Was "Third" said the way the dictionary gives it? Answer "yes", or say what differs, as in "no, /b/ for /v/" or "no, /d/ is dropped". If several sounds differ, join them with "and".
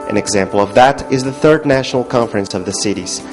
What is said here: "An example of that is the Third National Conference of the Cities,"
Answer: yes